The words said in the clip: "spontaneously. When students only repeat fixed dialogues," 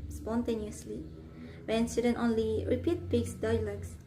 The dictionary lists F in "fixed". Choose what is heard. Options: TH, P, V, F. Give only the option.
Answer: P